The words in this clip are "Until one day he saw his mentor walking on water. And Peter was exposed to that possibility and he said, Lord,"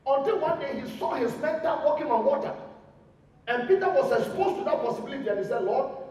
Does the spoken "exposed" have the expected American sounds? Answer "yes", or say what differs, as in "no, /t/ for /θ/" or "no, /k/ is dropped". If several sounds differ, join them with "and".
no, /k/ is dropped